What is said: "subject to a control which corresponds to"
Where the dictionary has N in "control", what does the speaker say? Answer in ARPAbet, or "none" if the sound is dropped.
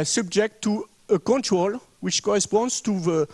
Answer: N